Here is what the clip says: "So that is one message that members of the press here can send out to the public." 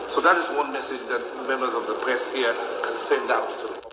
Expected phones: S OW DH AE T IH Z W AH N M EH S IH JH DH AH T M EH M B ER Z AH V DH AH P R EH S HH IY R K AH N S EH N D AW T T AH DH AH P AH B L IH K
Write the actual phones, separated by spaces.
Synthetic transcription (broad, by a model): S OW DH AE T IH Z W AH N M EH S IH JH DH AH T M EH M B ER Z AH V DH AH P R EH S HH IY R K AH N S EH N D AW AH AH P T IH